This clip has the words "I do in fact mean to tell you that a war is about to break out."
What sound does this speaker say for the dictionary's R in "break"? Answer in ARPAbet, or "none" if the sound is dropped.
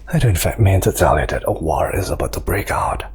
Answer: R